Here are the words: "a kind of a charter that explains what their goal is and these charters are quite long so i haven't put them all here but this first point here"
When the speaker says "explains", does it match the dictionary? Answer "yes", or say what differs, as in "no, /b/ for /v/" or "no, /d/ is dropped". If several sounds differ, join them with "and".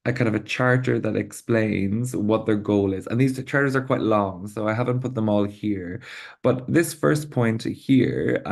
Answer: yes